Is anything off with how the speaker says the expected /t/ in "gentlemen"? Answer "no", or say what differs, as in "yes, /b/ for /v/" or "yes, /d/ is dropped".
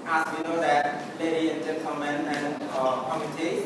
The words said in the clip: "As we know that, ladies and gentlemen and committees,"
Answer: yes, /s/ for /t/